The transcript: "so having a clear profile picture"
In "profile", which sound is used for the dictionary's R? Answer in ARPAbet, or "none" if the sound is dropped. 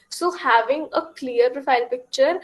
R